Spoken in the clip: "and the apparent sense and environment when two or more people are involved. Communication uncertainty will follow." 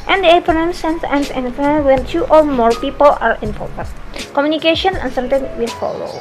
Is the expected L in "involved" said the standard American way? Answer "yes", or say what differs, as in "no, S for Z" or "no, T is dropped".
no, L is dropped